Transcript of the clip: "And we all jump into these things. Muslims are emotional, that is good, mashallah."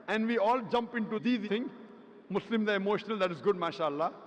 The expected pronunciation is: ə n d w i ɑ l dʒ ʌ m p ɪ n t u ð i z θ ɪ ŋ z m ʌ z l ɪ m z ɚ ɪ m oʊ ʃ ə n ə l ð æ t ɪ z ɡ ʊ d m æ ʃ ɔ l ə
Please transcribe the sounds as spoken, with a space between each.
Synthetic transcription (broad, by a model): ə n d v i ɑ l dʒ ʌ m p ɪ n t u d i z t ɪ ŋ m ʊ s l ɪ m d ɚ ɪ m oʊ ʃ ə n ə l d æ t ɪ z ɡ ʊ d m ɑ ʃ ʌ l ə